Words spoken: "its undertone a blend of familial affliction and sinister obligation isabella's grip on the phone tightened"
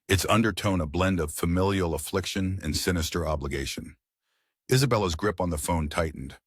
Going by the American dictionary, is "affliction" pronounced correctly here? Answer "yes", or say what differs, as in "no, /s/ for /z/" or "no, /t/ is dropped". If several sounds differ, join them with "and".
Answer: yes